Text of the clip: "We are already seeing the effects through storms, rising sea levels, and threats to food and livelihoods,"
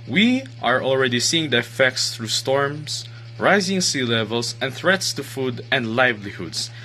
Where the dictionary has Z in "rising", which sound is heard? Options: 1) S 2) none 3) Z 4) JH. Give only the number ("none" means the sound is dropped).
3